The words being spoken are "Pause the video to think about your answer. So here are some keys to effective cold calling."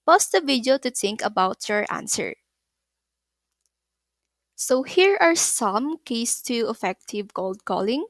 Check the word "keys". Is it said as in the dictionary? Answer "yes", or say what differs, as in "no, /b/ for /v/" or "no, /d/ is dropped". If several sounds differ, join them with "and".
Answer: no, /s/ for /z/